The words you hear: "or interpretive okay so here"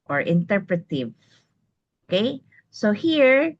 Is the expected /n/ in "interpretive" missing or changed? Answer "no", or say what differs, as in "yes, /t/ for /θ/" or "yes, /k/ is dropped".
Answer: no